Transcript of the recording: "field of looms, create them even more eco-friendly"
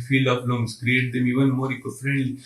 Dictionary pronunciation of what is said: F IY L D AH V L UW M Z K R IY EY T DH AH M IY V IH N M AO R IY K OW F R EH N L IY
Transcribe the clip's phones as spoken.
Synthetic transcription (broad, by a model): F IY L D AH P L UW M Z K R IY EY T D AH M IY V IH N M AO R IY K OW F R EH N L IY